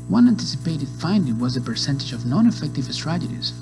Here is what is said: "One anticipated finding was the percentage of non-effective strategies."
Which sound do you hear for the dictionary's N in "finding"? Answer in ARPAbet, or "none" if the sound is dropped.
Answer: N